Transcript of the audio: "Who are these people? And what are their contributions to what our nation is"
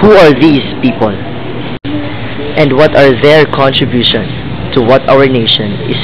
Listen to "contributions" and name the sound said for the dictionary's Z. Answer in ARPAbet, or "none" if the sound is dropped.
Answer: none